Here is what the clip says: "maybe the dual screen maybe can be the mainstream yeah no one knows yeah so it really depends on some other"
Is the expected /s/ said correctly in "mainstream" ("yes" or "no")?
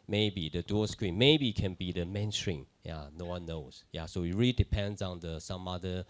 no